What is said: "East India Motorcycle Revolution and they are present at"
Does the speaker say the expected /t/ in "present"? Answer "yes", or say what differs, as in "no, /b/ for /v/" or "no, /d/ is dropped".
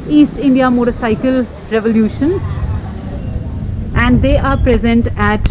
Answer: yes